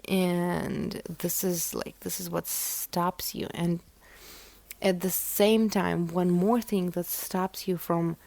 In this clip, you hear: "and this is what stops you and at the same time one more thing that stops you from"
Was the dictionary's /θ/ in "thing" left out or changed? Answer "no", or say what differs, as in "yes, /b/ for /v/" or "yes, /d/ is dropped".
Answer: no